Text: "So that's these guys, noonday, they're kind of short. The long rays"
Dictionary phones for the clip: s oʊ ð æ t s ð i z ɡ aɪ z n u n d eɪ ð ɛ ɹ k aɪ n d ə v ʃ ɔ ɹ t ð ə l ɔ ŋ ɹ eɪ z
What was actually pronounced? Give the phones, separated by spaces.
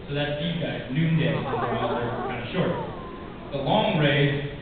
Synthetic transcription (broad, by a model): s oʊ ð æ t s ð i ɡ aɪ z n u n d eɪ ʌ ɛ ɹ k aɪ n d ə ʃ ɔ ɹ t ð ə l ɔ ŋ ɹ eɪ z